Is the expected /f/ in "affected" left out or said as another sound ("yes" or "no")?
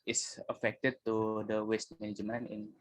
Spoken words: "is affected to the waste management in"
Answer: no